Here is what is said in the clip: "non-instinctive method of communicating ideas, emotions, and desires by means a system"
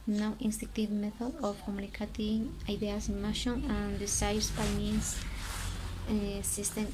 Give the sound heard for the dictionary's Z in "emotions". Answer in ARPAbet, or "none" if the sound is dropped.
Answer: none